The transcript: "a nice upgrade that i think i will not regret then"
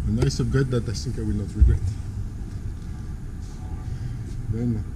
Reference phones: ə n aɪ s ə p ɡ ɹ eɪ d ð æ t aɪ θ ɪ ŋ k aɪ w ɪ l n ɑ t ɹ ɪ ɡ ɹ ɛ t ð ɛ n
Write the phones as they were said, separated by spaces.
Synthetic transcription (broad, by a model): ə n aɪ s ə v ɡ eɪ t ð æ t aɪ θ ɪ ŋ k aɪ w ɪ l n ɑ t ɹ ɪ ɡ ɹ ɛ t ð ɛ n